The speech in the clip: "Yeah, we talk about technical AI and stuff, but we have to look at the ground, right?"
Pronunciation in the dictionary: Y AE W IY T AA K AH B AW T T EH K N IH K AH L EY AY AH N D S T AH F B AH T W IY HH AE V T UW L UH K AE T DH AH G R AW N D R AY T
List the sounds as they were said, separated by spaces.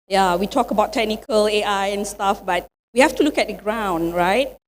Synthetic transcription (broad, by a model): Y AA W IY T AA K AH B AW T T EH K N IH K AH L EY AY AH N S T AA F B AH T W IY HH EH F T UW L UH K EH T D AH G R AW N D R AY T